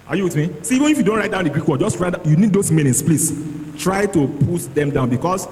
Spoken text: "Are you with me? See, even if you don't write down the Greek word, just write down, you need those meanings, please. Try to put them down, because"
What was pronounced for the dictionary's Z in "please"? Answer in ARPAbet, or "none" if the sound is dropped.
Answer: S